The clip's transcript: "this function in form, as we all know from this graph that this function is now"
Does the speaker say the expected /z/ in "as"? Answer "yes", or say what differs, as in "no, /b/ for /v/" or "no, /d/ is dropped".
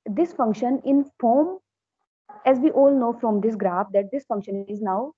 yes